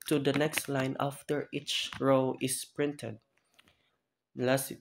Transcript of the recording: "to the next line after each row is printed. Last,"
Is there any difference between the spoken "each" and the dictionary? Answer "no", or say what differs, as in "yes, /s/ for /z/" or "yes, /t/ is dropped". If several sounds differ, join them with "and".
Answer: no